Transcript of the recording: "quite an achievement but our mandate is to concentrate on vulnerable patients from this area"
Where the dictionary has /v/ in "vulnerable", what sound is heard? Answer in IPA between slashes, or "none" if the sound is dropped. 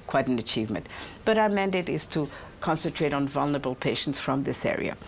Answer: /v/